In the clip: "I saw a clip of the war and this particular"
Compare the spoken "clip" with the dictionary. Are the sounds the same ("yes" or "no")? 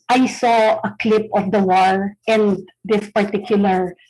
yes